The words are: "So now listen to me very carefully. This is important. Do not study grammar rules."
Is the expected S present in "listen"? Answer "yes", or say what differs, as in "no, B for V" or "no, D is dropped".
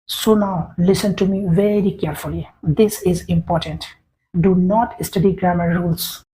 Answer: yes